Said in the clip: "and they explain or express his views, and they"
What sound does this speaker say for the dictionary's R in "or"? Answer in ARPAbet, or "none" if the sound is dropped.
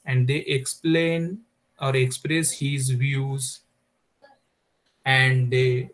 R